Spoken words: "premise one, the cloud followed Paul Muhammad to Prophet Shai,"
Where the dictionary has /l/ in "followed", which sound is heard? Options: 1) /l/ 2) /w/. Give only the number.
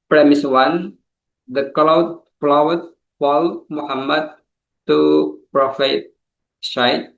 2